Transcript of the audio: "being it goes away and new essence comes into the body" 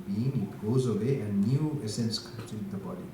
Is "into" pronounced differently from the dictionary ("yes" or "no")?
yes